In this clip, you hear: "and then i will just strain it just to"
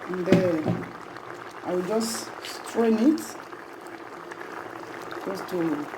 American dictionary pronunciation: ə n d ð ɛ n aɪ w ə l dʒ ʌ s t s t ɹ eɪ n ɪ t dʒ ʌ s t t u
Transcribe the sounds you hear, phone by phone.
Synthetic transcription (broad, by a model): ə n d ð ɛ aɪ w ə l dʒ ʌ s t s t ɹ eɪ n ɪ t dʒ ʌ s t t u